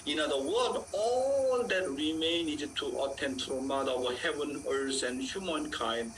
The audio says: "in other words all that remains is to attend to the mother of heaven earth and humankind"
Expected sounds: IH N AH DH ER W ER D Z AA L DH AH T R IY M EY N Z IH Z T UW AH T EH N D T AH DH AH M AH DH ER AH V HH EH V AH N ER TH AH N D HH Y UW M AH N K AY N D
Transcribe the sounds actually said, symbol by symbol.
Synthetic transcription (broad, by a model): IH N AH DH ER W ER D AA L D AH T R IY M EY N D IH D T UW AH T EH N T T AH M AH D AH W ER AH HH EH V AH N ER S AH N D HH Y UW M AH N K AY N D